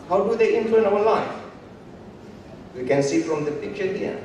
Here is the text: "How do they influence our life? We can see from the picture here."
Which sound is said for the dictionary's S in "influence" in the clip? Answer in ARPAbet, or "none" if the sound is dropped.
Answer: none